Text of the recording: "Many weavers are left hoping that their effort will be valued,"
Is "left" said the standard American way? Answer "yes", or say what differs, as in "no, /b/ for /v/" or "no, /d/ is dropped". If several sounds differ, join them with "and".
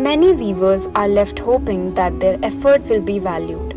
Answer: yes